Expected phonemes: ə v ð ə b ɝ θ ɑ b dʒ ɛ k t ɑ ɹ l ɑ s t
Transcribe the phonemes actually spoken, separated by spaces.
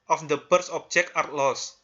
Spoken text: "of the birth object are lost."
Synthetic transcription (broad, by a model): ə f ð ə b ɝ s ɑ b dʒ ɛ k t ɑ ɹ l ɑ s